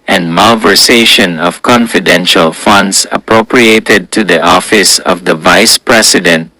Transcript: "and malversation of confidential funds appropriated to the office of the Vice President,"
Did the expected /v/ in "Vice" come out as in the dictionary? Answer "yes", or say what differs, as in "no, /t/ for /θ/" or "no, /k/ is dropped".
yes